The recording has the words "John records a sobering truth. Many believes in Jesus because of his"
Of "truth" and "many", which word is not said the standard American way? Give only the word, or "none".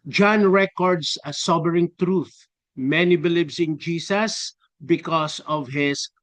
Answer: none